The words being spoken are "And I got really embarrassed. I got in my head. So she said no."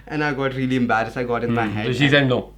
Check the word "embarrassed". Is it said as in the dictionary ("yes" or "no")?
no